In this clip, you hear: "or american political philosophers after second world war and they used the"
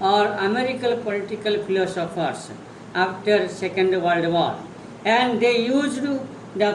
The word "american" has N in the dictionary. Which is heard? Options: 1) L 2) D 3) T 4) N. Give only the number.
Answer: 1